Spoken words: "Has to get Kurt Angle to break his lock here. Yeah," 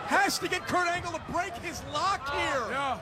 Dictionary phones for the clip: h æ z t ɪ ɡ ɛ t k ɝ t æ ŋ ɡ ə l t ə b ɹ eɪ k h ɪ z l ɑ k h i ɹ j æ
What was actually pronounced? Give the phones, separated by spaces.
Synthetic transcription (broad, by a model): h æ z t ɪ ɡ ɛ t k ɝ t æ ŋ ɡ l t ə b ɹ eɪ k h ɪ z l ɑ k h i ɹ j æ